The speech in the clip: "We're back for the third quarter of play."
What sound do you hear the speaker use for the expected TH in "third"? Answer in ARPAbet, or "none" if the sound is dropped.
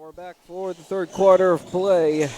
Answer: TH